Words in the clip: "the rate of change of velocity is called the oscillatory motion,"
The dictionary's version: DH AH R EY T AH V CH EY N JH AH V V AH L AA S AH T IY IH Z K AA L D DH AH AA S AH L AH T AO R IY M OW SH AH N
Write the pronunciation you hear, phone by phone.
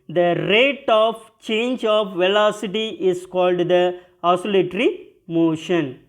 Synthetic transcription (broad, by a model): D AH R EY T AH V CH EY N JH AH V V AH L AA S AH T IY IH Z K AA L D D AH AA S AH L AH T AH R IY M OW SH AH N